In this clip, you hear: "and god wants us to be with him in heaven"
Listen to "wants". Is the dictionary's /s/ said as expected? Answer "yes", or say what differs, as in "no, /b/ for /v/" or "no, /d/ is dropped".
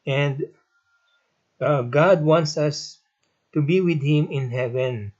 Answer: yes